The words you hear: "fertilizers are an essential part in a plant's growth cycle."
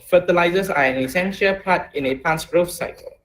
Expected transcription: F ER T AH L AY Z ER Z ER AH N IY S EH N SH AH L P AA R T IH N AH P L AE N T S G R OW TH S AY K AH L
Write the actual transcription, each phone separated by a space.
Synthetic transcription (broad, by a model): F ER T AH L AY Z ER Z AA AH N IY S EH N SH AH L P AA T IH N AH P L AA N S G R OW F S AY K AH L